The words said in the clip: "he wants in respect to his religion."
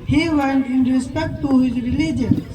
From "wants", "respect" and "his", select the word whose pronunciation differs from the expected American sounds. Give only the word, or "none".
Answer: wants